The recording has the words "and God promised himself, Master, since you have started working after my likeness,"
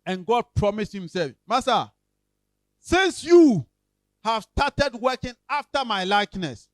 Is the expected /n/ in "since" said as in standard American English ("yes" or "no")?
yes